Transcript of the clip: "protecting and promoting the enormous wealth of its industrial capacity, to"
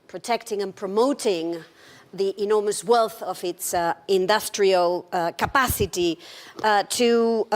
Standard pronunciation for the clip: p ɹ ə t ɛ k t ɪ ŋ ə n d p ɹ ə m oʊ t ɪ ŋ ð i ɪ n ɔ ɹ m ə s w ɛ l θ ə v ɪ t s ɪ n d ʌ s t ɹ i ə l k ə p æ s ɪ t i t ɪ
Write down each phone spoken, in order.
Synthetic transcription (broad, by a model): p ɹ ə t ɛ k t ɪ ŋ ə n p ɹ ə m oʊ t ɪ ŋ ð i ɪ n ɔ ɹ m ə s w ɛ l θ ə v ɪ t s ɪ n d ʌ s t ɹ i ə l k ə p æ s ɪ t i t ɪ